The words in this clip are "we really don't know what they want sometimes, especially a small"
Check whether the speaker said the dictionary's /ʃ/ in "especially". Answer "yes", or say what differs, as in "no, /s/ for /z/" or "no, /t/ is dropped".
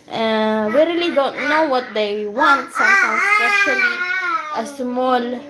no, /ʃ/ is dropped